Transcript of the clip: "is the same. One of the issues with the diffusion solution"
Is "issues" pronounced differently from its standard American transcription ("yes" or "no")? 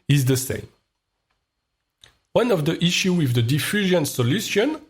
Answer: yes